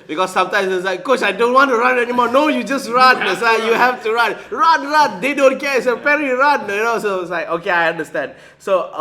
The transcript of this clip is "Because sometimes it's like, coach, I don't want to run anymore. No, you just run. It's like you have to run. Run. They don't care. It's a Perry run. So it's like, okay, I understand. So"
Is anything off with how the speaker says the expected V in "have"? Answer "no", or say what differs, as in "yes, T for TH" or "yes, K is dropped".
yes, F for V